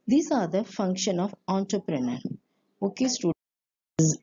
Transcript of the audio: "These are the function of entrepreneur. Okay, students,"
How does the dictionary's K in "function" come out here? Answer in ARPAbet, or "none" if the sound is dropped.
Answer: K